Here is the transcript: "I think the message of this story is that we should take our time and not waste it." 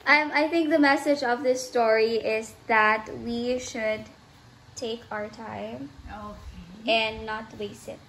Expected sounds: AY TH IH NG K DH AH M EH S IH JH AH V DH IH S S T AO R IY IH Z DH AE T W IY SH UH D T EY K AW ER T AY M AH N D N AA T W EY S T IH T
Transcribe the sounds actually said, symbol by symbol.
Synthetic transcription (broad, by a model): AY TH IH NG K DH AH M EH S IH JH AH V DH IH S S T AO R IY IH Z DH AE T W IY SH UH D T EY K AW ER T AY M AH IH N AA T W EY S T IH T